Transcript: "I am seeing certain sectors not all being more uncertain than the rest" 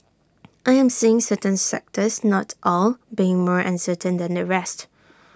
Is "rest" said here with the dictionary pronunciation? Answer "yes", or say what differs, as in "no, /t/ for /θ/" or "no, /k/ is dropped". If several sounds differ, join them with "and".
yes